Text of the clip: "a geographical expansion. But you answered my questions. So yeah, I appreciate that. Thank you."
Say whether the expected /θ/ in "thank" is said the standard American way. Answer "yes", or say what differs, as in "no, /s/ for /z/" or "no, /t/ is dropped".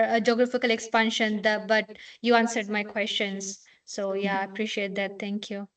no, /t/ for /θ/